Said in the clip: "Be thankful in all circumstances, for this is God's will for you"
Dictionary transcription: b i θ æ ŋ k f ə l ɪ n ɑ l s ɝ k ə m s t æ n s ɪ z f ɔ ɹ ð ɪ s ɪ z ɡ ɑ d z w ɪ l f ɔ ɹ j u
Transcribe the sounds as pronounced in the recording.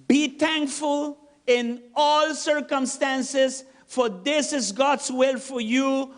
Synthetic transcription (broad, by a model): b i t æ ŋ k f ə l ɪ n ɑ l s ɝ k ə m s t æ n s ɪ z f ɔ ɹ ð ɪ s ɪ z ɡ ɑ d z w ɪ l f ɔ ɹ j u